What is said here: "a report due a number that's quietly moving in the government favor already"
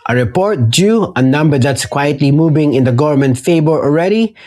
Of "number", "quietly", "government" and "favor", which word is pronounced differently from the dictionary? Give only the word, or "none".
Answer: favor